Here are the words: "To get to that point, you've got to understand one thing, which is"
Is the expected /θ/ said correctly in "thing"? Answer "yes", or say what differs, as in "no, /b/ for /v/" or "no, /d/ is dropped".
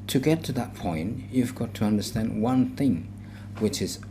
yes